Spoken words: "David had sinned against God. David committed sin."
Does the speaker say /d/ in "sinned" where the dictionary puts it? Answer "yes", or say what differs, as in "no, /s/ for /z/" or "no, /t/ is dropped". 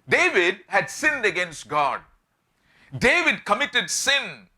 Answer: yes